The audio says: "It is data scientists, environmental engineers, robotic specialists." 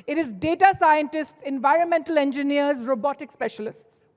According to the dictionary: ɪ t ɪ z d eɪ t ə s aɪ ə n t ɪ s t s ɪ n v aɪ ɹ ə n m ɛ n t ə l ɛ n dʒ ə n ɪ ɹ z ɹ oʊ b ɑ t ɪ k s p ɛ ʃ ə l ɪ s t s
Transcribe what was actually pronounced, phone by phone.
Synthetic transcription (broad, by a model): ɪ t ɪ z d eɪ t ə s aɪ ə n t ɪ s t s ɪ n v aɪ ɹ ə n m ɛ n t ə l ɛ n dʒ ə n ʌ ɹ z ɹ oʊ b ɑ t ɪ k s p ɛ ʃ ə l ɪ s t s